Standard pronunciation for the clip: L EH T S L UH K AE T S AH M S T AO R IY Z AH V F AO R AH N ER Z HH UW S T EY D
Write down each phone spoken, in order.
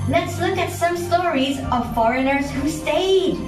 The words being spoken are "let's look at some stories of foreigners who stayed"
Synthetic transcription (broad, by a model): L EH T S L UH K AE T S AH M S T AO R IY Z AH V F AO R AH N ER Z HH UW S T EY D